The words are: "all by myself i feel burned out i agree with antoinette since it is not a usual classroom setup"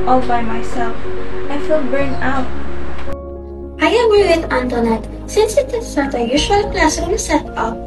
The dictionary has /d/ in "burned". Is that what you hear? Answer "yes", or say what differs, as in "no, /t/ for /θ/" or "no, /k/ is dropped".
no, /d/ is dropped